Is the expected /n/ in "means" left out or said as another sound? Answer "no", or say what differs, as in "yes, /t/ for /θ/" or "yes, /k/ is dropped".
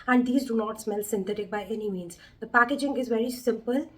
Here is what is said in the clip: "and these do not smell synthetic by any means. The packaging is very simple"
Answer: no